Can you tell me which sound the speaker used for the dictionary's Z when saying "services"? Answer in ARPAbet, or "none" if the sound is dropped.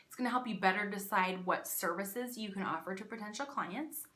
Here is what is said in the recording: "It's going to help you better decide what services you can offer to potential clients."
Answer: Z